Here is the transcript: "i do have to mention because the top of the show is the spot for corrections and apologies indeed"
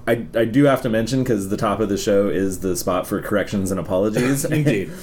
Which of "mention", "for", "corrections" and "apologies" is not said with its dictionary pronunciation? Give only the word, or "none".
none